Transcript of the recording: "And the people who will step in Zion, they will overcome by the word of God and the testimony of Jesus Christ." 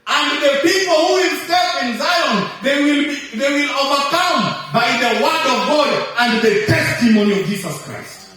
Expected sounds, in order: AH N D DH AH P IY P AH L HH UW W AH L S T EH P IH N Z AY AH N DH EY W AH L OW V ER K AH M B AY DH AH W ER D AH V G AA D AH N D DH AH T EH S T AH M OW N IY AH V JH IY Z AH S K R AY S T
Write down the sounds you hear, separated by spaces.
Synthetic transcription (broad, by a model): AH N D DH AH P IY P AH L HH UW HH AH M S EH F IH N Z AY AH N DH EY W AH L OW V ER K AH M B AY DH AH W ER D AH V G AA D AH N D DH AH T EH S T AH M OW N IY AH V JH IY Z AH S K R AY S T